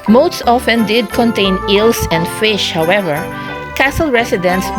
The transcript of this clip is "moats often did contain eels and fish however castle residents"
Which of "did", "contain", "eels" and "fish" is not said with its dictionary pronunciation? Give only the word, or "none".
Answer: eels